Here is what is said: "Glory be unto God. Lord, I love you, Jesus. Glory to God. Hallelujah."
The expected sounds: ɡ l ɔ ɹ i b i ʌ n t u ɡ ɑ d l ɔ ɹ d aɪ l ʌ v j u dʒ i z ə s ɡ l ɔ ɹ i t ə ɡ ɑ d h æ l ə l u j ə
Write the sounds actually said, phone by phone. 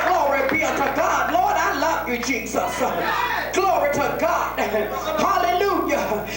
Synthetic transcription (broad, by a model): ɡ l ɔ ɹ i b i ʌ t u ɡ ɑ d l ɔ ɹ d aɪ l ʌ v j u dʒ i z ə s ɡ l ɔ ɹ i t ə ɡ ɑ d h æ l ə l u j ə